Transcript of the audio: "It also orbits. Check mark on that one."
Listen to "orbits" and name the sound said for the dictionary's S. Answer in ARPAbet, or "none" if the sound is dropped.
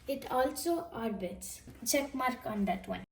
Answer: S